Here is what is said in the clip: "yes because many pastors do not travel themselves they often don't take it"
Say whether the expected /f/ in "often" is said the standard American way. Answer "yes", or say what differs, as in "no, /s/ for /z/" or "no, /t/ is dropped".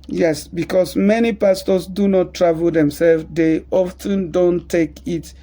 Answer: yes